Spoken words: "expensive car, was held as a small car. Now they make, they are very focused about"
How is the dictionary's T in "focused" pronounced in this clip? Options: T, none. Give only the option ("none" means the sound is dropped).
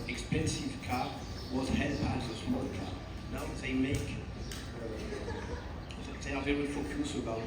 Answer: none